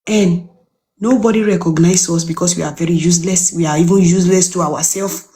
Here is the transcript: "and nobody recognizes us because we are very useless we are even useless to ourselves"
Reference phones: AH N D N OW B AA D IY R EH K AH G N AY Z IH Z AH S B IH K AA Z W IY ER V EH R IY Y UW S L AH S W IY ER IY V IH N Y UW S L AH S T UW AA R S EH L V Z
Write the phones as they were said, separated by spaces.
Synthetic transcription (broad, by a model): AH N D N OW B AA D IY R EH K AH G N AY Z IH S B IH K AA S W IY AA V EH R IY Y UW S L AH S W IY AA IY V IH N Y UW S L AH S T UW AA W S EH L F